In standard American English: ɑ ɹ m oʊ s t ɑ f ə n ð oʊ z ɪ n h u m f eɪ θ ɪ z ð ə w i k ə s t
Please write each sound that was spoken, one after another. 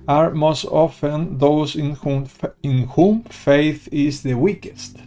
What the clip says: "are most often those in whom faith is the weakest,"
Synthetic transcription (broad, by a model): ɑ ɹ m oʊ s t ɑ f ə n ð oʊ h ɪ n h u m f eɪ θ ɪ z ð ə w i k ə s t